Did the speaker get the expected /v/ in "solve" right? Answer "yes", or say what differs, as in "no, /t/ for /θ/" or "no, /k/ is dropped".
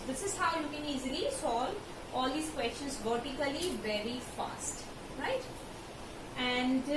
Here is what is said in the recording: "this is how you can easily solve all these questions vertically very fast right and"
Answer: no, /v/ is dropped